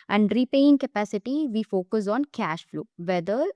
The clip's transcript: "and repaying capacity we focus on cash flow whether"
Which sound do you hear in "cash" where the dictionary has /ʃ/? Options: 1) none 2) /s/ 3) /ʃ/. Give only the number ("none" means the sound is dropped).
3